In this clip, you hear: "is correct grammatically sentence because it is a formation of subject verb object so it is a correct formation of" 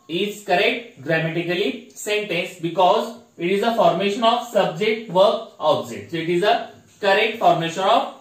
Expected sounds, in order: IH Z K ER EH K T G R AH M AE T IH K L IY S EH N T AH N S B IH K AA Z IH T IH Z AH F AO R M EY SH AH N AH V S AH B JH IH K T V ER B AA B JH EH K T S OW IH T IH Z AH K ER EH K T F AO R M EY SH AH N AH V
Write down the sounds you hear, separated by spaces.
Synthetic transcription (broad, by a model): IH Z K ER EH K T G R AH M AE T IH K L IY S EH N T AH N S B IH K AA Z IH T IH Z AH F AO R M EY SH AH N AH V S AH B JH IH K T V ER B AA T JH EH T S OW IH T IH Z AH K ER EH K T F AO R M EY SH AH N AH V